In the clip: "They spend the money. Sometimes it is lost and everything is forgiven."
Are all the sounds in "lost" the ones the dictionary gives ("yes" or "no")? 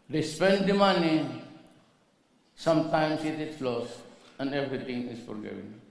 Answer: no